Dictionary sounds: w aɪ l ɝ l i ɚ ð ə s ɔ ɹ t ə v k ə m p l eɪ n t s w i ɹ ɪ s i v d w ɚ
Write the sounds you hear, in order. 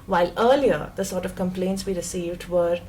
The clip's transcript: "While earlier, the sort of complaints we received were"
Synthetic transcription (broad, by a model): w aɪ l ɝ l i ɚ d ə s ɔ ɹ t ə v k ə m p l eɪ n t s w i ɹ ɪ s i v d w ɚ